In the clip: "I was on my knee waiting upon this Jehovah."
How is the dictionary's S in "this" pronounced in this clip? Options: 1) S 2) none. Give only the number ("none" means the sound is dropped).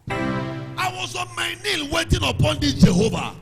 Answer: 2